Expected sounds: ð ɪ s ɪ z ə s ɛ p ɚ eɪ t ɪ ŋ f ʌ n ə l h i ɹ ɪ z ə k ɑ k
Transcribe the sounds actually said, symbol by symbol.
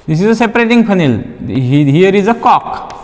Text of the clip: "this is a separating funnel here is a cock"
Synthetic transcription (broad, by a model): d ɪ s ɪ z ə s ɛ p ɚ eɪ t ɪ ŋ p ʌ n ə l h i ɹ ɪ z ə k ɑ k